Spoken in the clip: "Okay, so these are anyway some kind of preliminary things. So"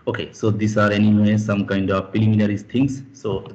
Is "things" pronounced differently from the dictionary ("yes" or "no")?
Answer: yes